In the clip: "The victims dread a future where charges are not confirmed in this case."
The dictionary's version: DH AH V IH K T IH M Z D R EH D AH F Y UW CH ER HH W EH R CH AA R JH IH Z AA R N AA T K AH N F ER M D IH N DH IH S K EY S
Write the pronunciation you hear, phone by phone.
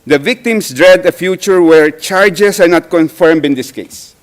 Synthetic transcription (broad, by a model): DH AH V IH K T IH M S D R EH D AH F Y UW CH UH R W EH R CH AA R JH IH S AA R N AA T K AH N F ER M D IH N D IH S K EY S